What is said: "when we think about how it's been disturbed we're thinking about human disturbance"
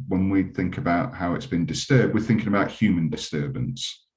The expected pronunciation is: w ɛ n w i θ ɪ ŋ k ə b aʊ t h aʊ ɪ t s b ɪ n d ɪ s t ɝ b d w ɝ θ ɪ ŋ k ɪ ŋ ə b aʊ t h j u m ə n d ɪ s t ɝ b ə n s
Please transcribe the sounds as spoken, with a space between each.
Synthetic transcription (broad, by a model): w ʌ n w i θ ɪ ŋ k ə b aʊ t h aʊ ɪ t s b ɪ n d ɪ s t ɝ b d w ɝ θ ɪ ŋ k ɪ ŋ ə b aʊ t h j u m ə n d ɪ s t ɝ b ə n s